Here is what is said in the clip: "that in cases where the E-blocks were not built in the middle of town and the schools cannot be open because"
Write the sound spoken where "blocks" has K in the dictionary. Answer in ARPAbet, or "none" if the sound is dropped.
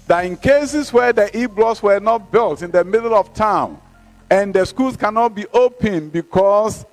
none